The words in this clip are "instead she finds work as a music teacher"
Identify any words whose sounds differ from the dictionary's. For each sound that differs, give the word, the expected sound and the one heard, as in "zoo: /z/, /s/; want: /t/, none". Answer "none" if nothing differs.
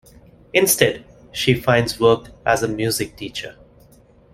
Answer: none